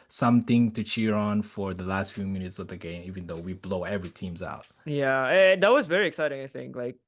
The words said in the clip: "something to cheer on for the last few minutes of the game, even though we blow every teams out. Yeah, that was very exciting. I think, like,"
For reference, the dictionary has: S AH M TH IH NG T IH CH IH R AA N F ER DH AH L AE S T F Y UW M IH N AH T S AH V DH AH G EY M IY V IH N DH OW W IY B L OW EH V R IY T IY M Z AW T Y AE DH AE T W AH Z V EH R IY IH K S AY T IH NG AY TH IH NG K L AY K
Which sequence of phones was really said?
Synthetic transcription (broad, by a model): S AH M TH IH NG T IH CH IH R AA N F ER DH AH L AE S T F Y UW M IH N AH T S AH V DH AH G EY M IY V IH N DH OW W IY B L OW EH V R IY T IY M Z AW T Y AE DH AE T W AH Z V EH R IY IH K S AY T IH NG AY TH IH NG K L AY K